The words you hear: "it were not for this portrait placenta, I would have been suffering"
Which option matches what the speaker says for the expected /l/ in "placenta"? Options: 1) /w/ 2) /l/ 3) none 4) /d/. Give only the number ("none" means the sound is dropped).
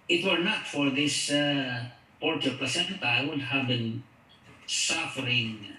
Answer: 3